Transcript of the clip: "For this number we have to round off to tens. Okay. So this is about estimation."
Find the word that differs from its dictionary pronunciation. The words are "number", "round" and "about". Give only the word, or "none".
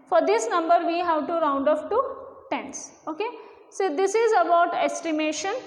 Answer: none